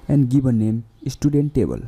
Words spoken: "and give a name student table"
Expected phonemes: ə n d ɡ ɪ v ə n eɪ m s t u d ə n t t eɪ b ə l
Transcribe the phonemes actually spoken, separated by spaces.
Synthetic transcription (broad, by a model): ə n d ɡ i b ə n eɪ m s t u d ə n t t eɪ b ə l